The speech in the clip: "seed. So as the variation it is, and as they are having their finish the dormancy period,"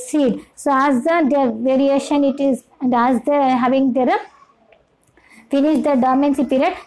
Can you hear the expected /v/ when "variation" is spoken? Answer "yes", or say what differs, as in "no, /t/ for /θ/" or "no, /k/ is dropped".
yes